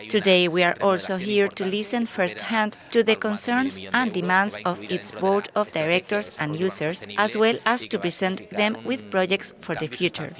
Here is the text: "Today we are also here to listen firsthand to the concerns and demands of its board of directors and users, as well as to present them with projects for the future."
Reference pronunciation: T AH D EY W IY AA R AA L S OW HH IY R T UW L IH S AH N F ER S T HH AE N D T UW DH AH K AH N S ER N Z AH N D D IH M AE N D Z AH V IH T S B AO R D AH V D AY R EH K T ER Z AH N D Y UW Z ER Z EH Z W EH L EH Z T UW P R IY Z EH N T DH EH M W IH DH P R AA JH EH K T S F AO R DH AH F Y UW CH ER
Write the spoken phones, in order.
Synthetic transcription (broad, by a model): T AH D EY W IY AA R AA L S OW HH IY R T UW L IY S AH N F ER S T HH AE N D T UW DH AH K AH N S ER N S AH N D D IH M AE N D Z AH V IH T S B AO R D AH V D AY R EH K T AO S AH N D Y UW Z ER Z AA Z W EH L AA S T UW P R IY S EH N T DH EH M W IH DH P R AA JH EH K T S F AO R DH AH F Y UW CH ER